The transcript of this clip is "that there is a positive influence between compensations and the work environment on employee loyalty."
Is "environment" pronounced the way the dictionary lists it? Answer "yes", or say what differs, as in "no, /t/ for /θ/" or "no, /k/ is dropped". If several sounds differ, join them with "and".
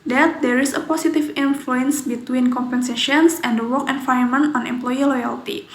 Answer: no, /ɹ/ is dropped